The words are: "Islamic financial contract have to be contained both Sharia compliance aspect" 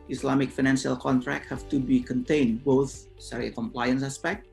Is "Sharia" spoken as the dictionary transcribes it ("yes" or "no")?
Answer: no